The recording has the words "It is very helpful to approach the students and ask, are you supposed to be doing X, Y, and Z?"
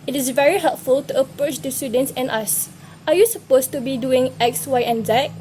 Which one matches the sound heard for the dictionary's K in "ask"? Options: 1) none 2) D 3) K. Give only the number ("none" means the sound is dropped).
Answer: 1